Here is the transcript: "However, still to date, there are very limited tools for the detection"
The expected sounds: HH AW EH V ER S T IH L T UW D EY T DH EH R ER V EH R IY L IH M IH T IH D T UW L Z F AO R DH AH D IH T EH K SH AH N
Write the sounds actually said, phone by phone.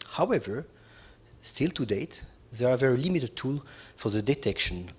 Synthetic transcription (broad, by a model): HH AW EH V ER S T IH L T UW D EY T DH EH R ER V EH R IY L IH M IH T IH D T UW L F AO R DH AH D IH T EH K SH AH N